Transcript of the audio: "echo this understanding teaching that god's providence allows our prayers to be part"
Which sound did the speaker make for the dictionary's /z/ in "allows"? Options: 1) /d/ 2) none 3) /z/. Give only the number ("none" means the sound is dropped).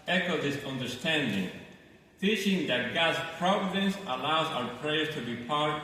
3